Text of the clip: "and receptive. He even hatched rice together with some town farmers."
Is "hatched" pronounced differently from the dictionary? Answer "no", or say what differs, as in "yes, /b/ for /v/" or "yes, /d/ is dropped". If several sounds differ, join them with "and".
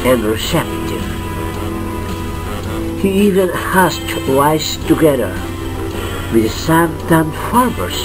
yes, /s/ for /tʃ/